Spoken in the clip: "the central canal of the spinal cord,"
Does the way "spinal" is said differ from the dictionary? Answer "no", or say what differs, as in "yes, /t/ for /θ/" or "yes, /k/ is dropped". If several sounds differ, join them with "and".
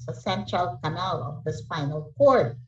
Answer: yes, /f/ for /p/